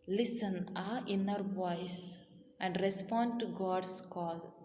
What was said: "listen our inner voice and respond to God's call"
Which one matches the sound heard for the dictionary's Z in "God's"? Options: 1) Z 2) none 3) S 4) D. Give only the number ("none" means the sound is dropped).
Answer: 3